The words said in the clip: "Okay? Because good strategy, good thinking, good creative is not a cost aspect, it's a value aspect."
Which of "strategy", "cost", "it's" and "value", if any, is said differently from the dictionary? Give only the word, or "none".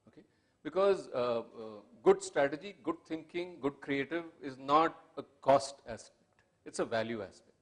none